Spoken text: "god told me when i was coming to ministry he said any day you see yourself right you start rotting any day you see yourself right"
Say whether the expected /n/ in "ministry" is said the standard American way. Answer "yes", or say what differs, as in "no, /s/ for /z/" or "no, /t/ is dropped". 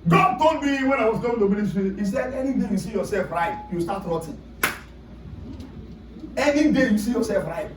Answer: no, /l/ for /n/